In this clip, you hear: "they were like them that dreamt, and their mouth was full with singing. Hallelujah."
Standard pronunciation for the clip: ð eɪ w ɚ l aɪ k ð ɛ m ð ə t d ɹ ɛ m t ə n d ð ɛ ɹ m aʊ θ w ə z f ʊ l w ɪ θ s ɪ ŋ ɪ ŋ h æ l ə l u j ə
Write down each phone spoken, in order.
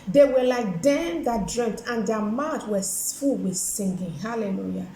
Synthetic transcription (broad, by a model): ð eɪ w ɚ l aɪ k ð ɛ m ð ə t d ɹ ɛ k t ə n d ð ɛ m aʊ t w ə s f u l w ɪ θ s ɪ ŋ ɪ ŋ h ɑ l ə l u j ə